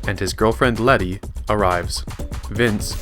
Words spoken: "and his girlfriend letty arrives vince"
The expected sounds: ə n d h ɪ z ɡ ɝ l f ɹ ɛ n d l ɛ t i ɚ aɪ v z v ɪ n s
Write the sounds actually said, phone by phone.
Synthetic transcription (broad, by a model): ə n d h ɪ z ɡ ɝ l f ɹ ɛ n d l ɛ t i ɚ aɪ v z v ɪ n s